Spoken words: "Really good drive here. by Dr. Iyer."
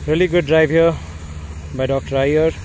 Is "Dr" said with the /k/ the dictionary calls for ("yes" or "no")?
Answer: yes